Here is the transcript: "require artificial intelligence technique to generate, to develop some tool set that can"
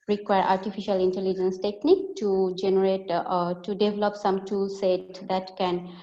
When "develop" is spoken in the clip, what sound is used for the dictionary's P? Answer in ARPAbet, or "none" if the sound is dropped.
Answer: P